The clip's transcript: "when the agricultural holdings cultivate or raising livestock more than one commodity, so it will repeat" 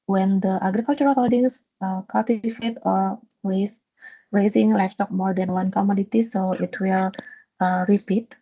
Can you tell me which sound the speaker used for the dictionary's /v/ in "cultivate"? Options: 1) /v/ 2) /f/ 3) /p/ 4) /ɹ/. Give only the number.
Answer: 2